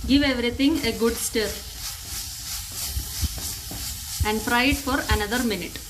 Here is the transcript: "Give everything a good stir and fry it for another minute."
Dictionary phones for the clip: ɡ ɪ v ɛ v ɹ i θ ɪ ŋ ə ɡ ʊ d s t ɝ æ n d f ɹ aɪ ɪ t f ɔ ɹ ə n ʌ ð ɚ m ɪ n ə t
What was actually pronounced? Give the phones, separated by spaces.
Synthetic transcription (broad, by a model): ɡ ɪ v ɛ v ɹ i t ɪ ŋ ə ɡ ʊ d s t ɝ æ n d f ɹ aɪ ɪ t f ɔ ɹ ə n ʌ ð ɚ m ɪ n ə t